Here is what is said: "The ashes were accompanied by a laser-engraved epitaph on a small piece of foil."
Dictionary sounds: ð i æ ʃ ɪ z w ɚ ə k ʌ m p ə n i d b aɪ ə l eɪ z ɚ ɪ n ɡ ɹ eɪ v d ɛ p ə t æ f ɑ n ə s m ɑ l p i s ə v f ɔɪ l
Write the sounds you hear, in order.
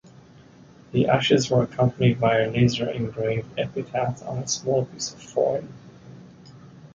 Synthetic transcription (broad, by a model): ð i æ ʃ ɪ z w ɚ ə k ʌ m p ə n i d b aɪ ə l eɪ z ɚ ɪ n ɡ ɹ eɪ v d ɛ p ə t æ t n ə s m ɑ l p i s ə v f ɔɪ n